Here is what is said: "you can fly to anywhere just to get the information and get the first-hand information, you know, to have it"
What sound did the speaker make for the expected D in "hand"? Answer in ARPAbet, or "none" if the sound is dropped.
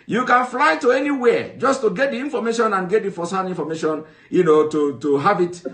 none